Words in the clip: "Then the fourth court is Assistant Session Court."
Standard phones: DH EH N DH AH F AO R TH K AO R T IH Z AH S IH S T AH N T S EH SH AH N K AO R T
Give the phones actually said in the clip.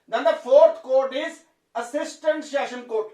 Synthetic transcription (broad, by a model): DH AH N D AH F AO R T K AO R T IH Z AH S IH S T AH N T SH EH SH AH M K AO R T